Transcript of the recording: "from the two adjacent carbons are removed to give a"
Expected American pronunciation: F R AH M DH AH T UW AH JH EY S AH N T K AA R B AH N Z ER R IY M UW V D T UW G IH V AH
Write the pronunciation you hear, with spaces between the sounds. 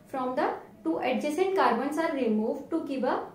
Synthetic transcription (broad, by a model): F R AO M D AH T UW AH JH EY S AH N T K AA R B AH N S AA R IY M UW V D T UW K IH B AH